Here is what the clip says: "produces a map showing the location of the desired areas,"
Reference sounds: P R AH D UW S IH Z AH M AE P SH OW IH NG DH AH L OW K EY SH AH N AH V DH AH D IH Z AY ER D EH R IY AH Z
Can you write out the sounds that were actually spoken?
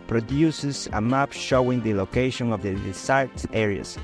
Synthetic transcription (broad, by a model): P R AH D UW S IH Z AH M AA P SH OW IH NG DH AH L OW K EY SH AH N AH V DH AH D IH S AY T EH R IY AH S